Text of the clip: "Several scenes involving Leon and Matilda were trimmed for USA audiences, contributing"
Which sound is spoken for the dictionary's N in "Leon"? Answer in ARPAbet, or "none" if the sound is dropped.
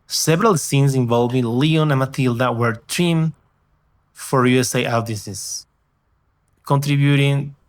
N